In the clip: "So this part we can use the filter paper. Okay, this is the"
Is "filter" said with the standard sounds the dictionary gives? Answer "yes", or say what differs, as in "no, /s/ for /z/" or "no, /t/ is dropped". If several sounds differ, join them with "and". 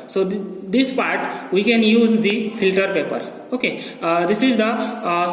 yes